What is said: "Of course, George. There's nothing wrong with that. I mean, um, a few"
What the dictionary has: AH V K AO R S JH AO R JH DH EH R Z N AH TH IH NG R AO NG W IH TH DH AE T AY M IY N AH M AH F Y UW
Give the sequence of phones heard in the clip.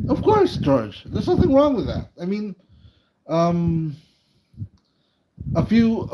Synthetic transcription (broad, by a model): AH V K AO R S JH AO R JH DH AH R Z N AH TH IH NG R AO NG W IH DH AE T AY M IY N AH M AH F Y UW